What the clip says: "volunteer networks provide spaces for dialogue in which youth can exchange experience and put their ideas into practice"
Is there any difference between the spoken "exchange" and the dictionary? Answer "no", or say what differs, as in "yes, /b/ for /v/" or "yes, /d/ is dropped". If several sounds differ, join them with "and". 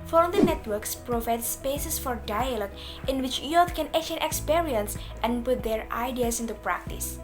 yes, /s/ is dropped